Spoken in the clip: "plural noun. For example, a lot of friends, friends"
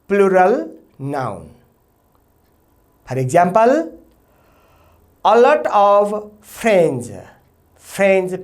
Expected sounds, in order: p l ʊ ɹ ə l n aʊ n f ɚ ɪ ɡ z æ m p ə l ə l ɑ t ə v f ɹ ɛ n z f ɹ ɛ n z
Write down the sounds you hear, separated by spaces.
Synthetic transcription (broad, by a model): p l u ɹ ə l n aʊ n p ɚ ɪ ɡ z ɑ m p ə l ə l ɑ t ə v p ɹ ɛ n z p ɹ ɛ n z